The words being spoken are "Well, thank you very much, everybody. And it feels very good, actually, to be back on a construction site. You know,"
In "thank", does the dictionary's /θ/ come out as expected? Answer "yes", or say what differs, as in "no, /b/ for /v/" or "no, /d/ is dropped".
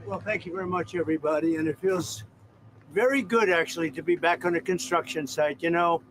yes